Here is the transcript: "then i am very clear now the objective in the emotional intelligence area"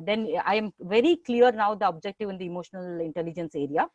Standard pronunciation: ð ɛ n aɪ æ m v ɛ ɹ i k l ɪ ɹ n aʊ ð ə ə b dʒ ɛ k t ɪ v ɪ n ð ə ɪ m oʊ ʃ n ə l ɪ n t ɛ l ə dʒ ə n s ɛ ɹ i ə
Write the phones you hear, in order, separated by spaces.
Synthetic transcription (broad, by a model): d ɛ n aɪ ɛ m v ɛ ɹ i k l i ɹ n aʊ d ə ə b dʒ ɛ k t ɪ v ɪ n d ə ɪ m oʊ ʃ n ə l ɪ n t ɛ l ə dʒ ə n s ɛ ɹ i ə